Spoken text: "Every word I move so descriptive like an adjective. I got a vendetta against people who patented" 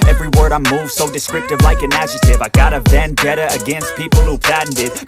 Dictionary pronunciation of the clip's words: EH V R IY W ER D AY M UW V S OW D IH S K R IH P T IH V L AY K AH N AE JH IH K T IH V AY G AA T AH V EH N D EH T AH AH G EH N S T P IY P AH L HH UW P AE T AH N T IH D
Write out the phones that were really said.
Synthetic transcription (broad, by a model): EH V R IY W ER D AY M UW V S OW D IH S K R IH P T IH V L AY K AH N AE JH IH T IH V AY G AA T AH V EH N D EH T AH AH G EH N S T P IY P L HH UW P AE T N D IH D